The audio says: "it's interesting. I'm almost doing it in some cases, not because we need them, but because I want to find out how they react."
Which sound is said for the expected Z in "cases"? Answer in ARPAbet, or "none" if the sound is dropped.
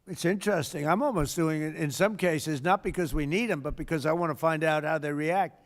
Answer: Z